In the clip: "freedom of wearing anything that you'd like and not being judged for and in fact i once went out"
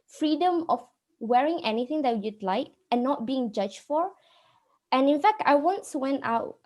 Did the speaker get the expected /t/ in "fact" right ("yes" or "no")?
yes